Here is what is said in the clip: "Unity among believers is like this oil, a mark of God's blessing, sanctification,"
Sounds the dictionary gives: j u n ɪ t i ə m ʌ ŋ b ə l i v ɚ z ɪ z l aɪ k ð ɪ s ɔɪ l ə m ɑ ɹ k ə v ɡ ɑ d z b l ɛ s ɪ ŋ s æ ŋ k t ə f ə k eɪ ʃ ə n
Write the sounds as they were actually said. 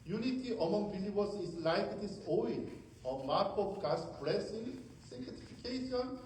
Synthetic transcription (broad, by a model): j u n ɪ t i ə m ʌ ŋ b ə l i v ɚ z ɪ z l aɪ k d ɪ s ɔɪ n ə m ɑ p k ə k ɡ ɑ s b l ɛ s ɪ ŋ s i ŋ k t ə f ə k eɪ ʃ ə n